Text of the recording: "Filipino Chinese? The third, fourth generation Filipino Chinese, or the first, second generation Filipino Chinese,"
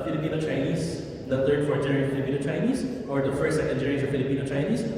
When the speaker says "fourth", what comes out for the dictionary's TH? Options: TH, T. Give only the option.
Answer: T